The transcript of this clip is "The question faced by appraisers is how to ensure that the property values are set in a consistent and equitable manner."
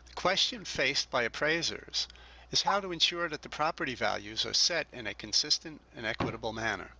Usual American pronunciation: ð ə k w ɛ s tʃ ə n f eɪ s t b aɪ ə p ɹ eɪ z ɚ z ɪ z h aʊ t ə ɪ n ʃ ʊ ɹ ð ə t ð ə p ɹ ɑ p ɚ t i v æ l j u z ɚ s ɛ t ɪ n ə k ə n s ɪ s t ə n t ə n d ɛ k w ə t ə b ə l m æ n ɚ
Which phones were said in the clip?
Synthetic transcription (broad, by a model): ð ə k w ɛ s tʃ ə n f eɪ s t b aɪ ə p ɹ eɪ z ɚ z ɪ z h aʊ t ə ɪ n ʃ ʊ ɹ ð ə t ð ə p ɹ ɑ p ɚ t i v æ l j u z ɚ s ɛ t ɪ n ə k ə n s ɪ s t ə n t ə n ɛ k w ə t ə b l m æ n ɚ